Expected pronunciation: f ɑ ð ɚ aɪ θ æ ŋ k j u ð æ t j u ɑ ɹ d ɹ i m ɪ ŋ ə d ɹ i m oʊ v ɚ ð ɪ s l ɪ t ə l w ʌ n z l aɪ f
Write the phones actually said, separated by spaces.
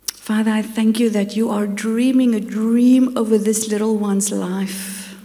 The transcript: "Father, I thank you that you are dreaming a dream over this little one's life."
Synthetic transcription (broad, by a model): f ɑ ð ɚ aɪ θ æ ŋ k j u ð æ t j u ɑ ɹ d ɹ i m ɪ ŋ ə d ɹ i m oʊ v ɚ ð ɪ s l ɪ t ə l w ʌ n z l aɪ f